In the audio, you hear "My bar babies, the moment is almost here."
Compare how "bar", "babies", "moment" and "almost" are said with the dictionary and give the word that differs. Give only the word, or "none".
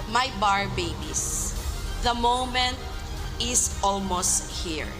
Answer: babies